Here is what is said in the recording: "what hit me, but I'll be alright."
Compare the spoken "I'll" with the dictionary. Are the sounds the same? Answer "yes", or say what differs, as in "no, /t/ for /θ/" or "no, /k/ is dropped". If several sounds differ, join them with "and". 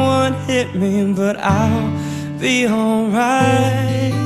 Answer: yes